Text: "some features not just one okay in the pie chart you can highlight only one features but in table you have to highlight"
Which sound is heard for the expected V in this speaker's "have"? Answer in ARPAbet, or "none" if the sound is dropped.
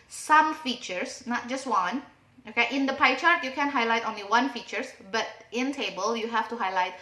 F